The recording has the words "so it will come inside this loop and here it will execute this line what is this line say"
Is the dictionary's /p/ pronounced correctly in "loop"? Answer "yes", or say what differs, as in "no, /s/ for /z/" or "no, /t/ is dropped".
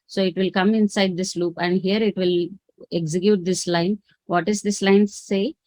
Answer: yes